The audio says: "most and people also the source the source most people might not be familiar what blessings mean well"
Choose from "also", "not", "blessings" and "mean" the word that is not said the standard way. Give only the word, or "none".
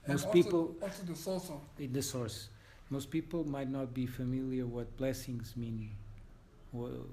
also